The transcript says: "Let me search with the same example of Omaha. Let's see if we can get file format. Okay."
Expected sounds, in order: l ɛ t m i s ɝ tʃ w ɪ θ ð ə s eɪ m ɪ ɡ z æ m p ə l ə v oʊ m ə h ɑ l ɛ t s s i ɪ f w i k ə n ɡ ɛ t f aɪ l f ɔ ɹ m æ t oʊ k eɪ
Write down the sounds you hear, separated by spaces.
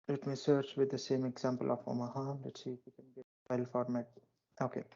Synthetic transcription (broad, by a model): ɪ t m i s ɝ tʃ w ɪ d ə s eɪ m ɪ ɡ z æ m p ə l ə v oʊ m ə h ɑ n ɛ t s s i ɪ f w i k ə n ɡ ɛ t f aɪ l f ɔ ɹ m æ t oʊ k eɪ